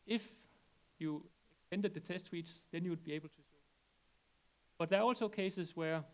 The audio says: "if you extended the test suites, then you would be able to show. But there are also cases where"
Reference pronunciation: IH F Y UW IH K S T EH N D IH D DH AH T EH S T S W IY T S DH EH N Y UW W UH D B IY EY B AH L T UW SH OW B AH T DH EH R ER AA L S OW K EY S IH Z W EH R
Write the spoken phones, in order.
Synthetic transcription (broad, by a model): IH F Y UW IH K S T EH N D IH D DH AH T EH S T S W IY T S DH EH N Y UW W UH D B IY EY B L T UW S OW B AH T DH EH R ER AA L S OW K EY S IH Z W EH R